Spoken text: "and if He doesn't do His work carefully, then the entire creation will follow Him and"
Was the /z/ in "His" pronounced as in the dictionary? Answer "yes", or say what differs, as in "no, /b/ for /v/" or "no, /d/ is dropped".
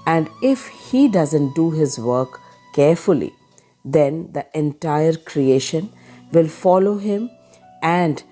yes